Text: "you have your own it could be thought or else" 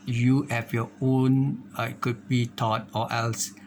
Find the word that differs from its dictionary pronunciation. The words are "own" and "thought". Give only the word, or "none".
thought